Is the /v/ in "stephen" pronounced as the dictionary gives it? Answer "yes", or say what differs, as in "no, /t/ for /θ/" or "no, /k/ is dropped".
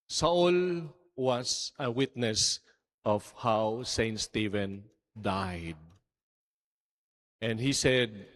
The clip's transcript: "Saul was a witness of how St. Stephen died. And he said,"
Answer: yes